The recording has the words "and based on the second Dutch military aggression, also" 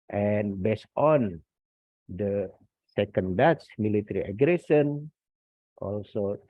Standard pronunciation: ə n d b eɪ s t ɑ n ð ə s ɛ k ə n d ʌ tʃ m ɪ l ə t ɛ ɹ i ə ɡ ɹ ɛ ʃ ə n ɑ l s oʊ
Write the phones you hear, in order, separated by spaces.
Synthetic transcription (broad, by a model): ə n b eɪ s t ɑ n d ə s ɛ k ə n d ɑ s m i l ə t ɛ ɹ i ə ɡ ɹ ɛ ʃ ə n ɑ l s oʊ